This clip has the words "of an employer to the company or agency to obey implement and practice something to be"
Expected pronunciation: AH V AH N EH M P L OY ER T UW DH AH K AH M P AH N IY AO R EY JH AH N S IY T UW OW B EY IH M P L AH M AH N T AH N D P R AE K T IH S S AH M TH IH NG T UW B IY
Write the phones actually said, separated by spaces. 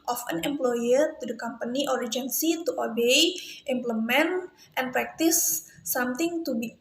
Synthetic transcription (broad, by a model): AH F AH N EH M P L OY ER T UW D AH K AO M P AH N IY AO R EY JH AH N S IY T UW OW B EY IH M P L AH M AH N T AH N P R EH K T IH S S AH M T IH NG T UW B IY